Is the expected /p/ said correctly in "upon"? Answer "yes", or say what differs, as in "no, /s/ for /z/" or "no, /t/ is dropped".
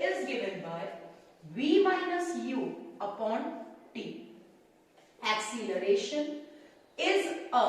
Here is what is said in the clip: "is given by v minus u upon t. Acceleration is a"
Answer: yes